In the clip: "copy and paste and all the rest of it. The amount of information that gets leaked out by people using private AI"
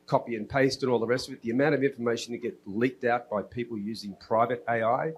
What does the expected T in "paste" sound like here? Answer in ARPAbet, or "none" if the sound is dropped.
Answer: T